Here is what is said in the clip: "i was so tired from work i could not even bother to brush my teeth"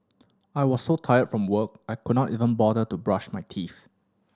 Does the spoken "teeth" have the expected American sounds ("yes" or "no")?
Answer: no